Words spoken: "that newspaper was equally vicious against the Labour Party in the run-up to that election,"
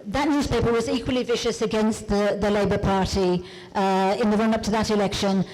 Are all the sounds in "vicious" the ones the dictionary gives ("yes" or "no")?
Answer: yes